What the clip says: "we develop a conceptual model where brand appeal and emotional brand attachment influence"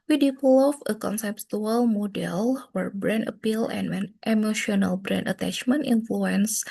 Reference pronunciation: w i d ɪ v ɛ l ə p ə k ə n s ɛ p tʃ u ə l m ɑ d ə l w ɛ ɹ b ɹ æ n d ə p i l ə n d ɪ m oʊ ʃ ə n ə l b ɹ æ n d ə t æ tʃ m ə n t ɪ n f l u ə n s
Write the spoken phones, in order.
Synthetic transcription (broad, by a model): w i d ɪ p l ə f ə k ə n s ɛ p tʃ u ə l m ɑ d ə l w ɛ ɹ b ɹ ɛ n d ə p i l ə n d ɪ m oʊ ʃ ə n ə l b ɹ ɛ n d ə t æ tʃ m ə n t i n f l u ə n s